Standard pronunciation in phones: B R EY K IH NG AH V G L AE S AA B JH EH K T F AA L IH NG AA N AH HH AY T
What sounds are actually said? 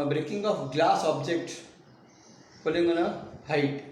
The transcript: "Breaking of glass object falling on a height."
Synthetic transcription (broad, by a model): B R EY K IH NG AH P G L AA S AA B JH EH K T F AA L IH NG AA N AH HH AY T